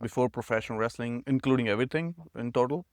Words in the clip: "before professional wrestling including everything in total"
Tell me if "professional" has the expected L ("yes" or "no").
no